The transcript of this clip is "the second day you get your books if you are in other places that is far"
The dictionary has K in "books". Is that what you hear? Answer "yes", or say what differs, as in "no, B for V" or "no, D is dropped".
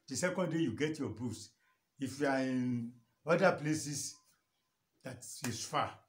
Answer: no, K is dropped